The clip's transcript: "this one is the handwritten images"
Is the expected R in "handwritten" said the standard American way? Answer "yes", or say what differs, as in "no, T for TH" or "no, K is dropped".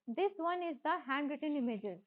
yes